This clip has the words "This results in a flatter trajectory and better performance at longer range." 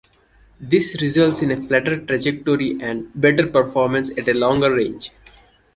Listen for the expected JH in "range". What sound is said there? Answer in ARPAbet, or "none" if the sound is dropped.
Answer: JH